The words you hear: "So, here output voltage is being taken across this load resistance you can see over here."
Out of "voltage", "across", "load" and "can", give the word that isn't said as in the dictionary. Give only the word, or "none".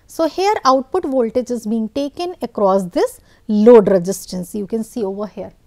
none